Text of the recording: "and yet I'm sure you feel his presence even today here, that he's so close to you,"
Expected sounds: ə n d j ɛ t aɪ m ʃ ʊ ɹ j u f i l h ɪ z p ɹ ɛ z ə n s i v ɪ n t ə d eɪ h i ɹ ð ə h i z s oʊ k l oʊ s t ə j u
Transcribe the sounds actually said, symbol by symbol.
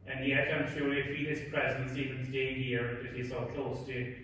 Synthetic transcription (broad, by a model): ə n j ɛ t aɪ m ʃ ʊ ɹ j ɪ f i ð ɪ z p ɹ ɛ z ə n s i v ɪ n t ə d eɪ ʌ ɹ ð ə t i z s oʊ k l oʊ s t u